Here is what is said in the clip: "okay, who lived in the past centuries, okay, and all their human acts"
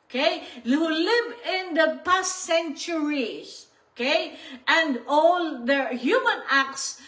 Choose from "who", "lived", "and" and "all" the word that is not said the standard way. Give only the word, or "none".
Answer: lived